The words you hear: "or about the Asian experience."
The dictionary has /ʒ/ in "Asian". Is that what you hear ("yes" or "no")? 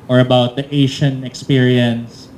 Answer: no